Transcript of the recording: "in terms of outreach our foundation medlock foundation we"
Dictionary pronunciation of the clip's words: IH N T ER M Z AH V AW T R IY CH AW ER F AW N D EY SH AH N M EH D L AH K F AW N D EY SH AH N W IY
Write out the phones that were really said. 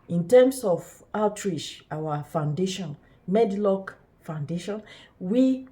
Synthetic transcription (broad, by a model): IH N T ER M S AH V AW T R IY SH AW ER F AW N D EY SH AH N M EH D L AH K F AW N D EY SH AH N W IY